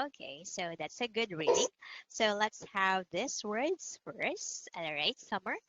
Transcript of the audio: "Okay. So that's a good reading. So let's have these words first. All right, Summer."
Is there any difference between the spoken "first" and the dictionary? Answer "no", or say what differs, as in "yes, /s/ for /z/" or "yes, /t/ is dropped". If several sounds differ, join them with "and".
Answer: yes, /t/ is dropped